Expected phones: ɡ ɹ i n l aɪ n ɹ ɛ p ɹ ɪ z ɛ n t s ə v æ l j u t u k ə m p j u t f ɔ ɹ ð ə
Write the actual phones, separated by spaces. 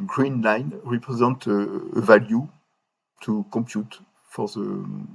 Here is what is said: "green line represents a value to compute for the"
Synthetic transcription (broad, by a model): ɡ ɹ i n l aɪ n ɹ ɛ p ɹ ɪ z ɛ n t ə v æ l j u t u k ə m p j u t f ɔ ɹ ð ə